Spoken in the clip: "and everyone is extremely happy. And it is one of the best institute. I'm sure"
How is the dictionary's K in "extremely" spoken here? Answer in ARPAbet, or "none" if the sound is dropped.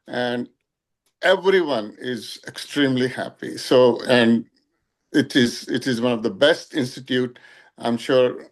K